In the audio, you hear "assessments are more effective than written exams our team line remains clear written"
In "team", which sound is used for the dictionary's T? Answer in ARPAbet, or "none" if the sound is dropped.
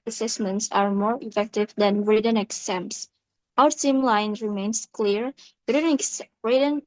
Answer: S